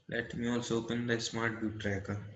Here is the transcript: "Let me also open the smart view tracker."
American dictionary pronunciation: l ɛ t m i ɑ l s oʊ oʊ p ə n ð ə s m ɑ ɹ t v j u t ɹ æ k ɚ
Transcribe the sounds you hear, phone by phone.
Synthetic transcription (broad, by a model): l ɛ t m i ɑ l s oʊ oʊ p ə n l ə s m ɑ ɹ t b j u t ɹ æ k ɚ